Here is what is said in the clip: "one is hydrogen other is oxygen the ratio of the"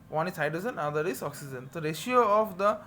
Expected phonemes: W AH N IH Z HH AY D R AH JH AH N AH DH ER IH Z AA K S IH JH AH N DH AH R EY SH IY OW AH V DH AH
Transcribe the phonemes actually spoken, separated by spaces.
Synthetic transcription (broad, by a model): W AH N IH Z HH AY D AH Z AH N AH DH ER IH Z AA K S IH JH AH N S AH R EY SH IY OW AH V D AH